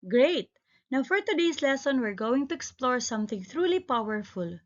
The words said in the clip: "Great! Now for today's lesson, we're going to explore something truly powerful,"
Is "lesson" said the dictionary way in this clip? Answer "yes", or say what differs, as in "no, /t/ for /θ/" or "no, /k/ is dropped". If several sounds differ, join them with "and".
yes